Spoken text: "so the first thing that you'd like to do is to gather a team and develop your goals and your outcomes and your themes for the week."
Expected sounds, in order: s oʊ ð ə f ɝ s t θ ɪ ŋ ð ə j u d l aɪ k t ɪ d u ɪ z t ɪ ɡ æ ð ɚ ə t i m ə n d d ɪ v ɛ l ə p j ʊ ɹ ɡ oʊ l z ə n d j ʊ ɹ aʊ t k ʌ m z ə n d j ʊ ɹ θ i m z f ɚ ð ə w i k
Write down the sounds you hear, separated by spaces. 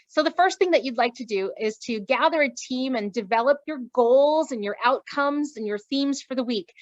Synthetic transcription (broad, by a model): s oʊ ð ə f ɝ s t θ ɪ ŋ ð ə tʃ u d l aɪ k t ɪ d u ɪ z t ɪ ɡ æ ð ɚ ə t i m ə n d d ɪ v ɛ l ə p j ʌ ɹ ɡ oʊ l z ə n j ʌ ɹ aʊ t k ʌ m z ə n j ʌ ɹ θ i m z f ɚ ð ə w i k